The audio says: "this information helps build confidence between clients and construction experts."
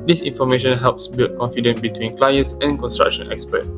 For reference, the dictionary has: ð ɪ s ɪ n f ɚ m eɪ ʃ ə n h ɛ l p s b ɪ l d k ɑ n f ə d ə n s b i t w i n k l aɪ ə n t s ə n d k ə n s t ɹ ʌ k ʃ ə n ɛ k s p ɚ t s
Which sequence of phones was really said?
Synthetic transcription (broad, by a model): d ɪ s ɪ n f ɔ m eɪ ʃ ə n h ɛ l p s b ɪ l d k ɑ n f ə d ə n b i t w i n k l aɪ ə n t s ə n k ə n s t ɹ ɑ k ʃ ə n ɛ k s p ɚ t